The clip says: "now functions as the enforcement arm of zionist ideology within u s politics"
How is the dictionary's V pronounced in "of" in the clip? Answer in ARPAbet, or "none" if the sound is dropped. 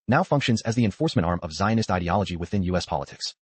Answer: V